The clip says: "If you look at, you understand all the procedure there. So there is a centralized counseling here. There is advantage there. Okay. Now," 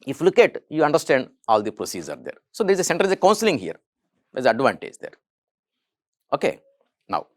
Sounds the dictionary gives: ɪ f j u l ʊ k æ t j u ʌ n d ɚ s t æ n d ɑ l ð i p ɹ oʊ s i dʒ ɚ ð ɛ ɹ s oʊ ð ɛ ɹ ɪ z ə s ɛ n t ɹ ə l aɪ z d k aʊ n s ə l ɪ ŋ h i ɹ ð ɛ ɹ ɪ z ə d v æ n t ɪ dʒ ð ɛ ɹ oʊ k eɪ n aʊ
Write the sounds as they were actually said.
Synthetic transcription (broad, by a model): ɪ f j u l ʊ k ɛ t j u ʌ n d ɚ s t æ n d ɑ l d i p ɹ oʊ s i z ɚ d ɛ ɹ s oʊ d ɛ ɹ ɪ z ə s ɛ n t ə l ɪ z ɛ k aʊ n s ə l ɪ ŋ h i ɹ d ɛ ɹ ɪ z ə d v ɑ n t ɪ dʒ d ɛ ɹ oʊ k eɪ n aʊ